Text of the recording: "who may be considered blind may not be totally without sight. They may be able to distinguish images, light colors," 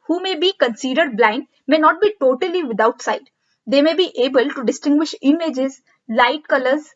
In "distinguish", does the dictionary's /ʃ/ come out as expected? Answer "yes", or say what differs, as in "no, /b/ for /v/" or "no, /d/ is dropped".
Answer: yes